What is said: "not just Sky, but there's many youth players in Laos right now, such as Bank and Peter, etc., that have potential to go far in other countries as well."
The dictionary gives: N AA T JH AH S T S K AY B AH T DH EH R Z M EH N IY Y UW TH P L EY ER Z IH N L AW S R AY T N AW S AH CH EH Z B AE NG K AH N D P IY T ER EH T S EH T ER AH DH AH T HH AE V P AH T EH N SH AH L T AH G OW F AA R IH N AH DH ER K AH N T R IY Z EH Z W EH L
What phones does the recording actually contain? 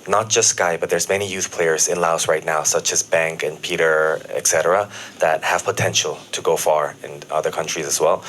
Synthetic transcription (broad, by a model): N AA T JH AH S T S K AY B AH T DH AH R Z M EH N IY Y UW TH P L EY ER Z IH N L AW S R AY T N AW S AH CH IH Z B AE NG K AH N P IY T ER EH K S EH T ER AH DH AH T HH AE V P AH T EH N SH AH L T AH G OW F AA R IH N AH DH ER K AH N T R IY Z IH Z W EH L